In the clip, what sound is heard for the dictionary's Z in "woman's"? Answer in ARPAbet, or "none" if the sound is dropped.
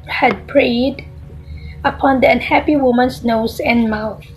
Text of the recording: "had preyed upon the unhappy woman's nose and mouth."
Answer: S